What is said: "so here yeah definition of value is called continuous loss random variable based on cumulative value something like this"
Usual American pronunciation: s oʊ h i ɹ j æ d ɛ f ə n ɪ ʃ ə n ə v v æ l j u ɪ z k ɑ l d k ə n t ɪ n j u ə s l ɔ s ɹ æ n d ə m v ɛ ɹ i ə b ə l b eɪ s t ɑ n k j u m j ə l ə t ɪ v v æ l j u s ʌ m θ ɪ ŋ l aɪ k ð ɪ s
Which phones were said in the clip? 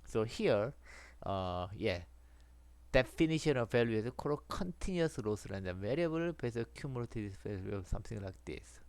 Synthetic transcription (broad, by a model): s oʊ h i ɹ j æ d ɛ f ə n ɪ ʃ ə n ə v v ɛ l j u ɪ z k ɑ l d k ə n t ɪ n j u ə s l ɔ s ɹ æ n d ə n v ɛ ɹ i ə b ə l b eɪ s ɑ k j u m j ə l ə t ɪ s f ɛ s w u s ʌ m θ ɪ ŋ l aɪ k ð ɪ s